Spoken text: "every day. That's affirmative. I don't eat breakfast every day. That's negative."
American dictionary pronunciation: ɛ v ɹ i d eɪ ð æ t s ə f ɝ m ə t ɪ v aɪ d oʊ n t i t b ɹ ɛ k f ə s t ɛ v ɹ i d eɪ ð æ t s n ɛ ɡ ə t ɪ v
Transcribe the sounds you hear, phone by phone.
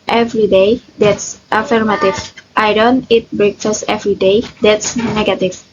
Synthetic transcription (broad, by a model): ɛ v ɹ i d eɪ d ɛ t s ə f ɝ m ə t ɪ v aɪ d oʊ n t i t b ɹ ɛ k f ə s t ɛ v ɹ i d eɪ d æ t s n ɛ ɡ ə t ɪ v